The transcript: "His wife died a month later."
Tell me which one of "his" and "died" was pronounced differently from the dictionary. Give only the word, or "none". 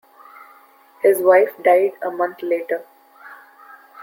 none